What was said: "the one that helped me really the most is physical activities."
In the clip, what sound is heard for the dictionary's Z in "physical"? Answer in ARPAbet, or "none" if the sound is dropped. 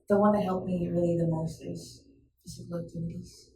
S